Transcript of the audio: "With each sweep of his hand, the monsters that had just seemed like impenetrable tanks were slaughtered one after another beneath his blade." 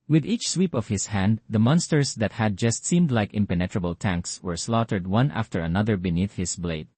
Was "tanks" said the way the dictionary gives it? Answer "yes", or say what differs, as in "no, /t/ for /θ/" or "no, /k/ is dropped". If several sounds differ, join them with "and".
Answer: yes